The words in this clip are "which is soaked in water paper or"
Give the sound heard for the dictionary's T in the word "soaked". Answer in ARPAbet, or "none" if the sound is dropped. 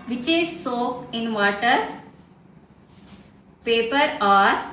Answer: none